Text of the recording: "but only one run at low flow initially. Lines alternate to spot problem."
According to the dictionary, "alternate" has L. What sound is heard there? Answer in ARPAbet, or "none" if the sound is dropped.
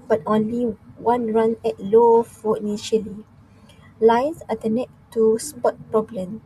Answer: none